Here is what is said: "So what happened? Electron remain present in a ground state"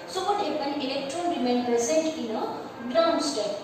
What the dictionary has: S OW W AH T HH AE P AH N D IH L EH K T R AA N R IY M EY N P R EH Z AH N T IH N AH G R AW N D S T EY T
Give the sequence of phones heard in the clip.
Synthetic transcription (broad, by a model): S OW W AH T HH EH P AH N IH L EH K T R AA N R IY M EY N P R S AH N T IH N AH G R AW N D S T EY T